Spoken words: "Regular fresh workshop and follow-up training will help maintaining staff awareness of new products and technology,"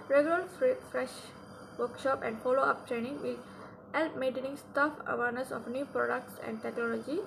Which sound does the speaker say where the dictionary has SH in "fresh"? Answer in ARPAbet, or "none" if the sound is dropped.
SH